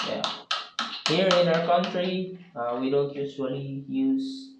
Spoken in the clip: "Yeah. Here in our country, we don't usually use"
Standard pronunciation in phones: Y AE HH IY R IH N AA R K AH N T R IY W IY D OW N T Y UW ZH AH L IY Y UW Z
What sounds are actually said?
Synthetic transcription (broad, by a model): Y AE HH IY R IH N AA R K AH N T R IY W IY D OW N T Y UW S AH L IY Y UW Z